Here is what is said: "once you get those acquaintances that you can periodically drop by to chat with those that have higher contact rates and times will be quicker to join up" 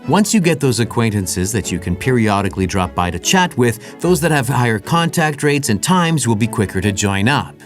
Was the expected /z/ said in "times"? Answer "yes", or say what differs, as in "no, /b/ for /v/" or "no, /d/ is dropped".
yes